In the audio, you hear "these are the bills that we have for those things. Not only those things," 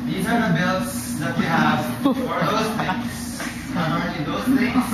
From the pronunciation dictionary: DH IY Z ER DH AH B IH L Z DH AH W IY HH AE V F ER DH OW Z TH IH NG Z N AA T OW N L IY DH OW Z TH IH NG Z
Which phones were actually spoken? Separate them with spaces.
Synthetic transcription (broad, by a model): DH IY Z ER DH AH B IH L S DH AH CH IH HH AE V F ER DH OW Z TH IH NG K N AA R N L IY DH OW Z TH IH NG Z